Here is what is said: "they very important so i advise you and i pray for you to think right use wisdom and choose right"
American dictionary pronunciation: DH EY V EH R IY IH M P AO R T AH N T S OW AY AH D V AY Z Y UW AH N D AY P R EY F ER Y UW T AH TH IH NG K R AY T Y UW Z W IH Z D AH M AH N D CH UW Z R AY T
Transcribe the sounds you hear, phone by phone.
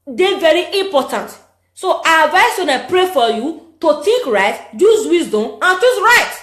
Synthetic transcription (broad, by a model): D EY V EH R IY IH M P AO T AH N T S OW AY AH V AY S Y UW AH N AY P R EY F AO Y UW T AH T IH K R AY T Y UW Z W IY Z D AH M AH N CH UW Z R AY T